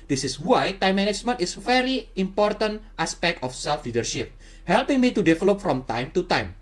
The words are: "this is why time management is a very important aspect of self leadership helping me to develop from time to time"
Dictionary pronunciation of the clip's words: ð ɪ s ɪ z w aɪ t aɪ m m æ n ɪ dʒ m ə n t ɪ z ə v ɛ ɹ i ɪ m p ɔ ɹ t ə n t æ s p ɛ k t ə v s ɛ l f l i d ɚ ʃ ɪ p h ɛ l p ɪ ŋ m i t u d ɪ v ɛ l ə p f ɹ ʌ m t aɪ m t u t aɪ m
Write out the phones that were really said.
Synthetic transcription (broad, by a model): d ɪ s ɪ s w aɪ t aɪ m m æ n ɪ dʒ m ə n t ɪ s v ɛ ɹ i ɪ m p ɔ ɹ t ə n t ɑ s p ɛ k t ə f s ɛ l f l i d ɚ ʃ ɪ p h ɛ l p ɪ ŋ m i t u d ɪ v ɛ l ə p f ɹ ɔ m t aɪ m t u t aɪ m